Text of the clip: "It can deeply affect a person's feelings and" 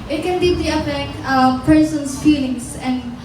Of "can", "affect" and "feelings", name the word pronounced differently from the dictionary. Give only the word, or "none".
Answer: feelings